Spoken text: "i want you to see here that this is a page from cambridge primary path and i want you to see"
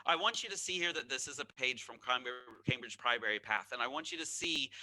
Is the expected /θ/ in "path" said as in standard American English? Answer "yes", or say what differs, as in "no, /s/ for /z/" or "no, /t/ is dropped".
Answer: yes